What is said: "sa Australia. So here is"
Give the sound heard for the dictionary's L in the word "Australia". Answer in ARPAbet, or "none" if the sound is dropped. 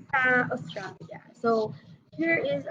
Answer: none